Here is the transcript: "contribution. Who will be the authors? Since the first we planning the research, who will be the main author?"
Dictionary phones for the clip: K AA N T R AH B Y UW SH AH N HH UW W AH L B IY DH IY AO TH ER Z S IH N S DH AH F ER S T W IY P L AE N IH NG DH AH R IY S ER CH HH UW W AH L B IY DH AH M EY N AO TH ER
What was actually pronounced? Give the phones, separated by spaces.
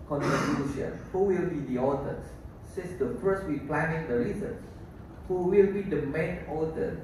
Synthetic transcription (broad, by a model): K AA N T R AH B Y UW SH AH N HH UW W AH L B IY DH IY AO T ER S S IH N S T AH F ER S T W IY P L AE N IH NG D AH R IY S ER S HH UW W AH L B IY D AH M EY N AO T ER